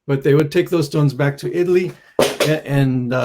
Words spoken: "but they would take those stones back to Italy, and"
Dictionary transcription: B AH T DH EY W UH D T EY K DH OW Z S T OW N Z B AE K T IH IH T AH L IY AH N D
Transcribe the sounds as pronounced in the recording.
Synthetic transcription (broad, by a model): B AH T DH EY W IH D T EY K DH OW Z S T OW N Z B AE K T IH IH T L IY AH N